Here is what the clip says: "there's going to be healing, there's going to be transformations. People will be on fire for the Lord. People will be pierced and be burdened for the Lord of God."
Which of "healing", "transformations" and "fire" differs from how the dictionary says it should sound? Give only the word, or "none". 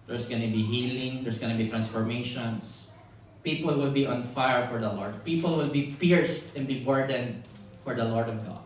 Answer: transformations